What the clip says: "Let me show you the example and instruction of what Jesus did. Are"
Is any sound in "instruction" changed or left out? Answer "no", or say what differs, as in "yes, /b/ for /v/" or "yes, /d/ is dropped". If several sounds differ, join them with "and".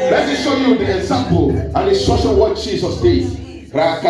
yes, /n/ is dropped and /k/ is dropped